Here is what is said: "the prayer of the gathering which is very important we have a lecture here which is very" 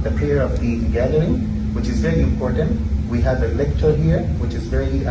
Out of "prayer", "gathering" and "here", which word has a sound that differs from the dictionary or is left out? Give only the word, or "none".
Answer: prayer